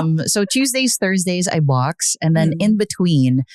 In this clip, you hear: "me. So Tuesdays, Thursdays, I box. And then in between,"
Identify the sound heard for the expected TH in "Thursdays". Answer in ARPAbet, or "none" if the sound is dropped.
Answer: TH